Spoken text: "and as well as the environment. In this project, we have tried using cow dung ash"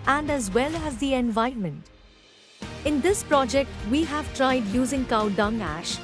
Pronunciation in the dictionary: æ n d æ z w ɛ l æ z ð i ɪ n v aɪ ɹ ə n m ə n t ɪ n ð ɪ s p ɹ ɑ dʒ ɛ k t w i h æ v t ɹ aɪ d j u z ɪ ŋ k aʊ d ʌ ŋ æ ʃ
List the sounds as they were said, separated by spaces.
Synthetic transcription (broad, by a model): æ n d æ z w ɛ l æ z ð i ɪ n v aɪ ə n m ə n t ɪ n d ɪ s p ɹ ɑ dʒ ɛ k t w i h æ v t ɹ aɪ d j u z ɪ ŋ k aʊ d ʌ ŋ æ ʃ